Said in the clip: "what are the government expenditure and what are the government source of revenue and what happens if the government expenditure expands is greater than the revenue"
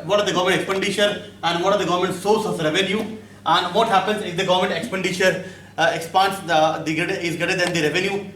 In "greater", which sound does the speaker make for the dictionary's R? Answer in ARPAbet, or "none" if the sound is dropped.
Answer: none